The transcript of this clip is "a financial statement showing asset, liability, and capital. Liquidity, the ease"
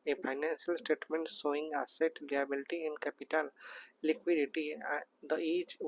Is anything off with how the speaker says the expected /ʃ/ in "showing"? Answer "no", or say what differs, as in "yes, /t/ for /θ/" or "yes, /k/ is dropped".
yes, /s/ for /ʃ/